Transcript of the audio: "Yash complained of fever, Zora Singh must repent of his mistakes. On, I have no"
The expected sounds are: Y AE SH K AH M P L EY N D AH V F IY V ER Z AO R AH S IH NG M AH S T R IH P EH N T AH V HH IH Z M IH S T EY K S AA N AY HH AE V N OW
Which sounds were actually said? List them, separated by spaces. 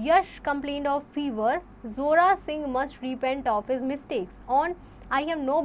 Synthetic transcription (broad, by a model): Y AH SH K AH M P L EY N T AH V F IY V ER Z AO R AH S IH NG M AH S T R IH P EH N T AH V HH IH Z M IH S T EY K S AA N AY HH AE V N OW